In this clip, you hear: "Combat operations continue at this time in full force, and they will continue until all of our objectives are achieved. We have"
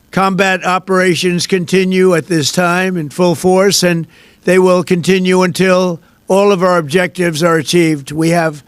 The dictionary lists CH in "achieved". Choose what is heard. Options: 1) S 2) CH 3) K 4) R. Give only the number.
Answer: 2